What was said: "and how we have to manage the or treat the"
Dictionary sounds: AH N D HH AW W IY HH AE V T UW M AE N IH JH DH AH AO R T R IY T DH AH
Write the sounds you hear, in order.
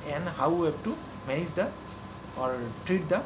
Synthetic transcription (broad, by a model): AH N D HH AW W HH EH B T UW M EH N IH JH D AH AO R T R IY T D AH